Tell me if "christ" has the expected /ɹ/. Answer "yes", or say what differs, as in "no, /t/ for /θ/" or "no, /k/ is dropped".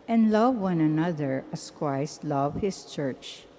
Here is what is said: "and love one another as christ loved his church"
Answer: no, /w/ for /ɹ/